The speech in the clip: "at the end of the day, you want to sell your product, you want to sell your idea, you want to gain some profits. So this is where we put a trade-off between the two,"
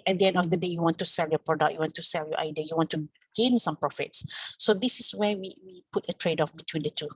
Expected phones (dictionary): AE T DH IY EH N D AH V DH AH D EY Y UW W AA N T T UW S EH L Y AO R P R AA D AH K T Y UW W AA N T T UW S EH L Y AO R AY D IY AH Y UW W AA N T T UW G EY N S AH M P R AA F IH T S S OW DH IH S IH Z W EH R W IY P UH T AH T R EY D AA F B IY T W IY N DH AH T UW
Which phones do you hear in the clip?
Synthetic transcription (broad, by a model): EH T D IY EH N D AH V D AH D EY Y UW W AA N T T UW S EH L Y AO P R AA D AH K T Y UW W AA N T T UW S EH L Y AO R AY D IY AH Y UW W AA N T T UW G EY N S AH M P R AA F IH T S S OW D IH S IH S W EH W W IY P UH T AH T R EY D AA F B IY T W IY N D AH T UW